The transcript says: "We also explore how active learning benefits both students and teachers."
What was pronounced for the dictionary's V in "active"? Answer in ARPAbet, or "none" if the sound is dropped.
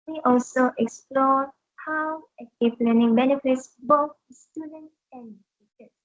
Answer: P